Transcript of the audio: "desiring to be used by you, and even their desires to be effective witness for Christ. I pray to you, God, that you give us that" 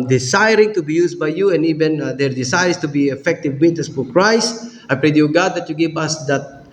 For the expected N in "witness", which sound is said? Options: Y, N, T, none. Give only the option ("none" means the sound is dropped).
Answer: none